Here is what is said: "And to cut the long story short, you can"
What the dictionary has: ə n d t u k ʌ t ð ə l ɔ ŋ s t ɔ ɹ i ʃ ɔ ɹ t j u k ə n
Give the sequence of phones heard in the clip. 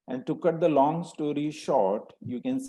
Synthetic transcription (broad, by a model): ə n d t u k ʌ t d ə l ɔ ŋ s t ɔ ɹ i ʃ ɔ ɹ t j u k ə n